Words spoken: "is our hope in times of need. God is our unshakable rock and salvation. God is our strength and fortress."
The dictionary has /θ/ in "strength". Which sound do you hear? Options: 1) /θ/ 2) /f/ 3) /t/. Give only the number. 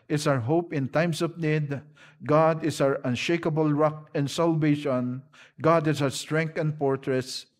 3